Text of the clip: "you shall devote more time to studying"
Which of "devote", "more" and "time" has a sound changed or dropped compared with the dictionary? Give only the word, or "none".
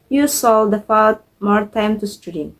devote